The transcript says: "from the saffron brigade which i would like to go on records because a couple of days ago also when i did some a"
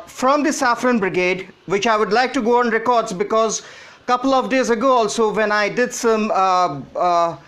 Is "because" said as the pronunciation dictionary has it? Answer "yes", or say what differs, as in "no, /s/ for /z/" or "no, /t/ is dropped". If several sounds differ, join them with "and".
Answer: yes